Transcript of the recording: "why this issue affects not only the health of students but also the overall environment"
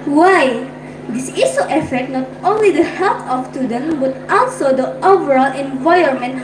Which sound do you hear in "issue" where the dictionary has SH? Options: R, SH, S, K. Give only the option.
S